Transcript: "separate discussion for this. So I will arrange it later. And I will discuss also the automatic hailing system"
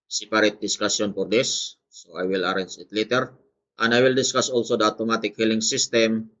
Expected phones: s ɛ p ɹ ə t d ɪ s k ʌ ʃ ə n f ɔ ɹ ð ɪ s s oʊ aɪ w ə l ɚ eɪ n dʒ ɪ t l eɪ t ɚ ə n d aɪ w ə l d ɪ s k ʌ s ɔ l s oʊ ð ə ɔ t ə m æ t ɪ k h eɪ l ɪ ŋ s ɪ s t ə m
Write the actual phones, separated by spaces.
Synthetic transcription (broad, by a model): s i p ɹ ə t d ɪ s k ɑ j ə n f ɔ ɹ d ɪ s s oʊ aɪ w ə l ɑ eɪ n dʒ ɪ t l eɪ t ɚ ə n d aɪ w ə l d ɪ s k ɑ s ɔ l s oʊ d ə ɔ t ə m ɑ t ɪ k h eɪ l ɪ ŋ s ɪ s t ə m